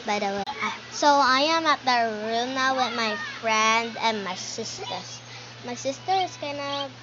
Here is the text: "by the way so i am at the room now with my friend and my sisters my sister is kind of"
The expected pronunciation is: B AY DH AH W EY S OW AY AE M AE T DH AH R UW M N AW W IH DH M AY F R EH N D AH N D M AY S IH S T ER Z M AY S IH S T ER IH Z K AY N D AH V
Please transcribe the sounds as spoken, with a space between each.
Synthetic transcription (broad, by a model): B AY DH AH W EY S OW AY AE M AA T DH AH R UW M N AW W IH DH M AY F R EH N D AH N M AY S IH S T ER S M AY S IH S T ER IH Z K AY N AH